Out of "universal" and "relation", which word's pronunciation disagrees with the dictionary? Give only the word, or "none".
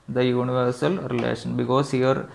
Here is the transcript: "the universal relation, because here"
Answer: none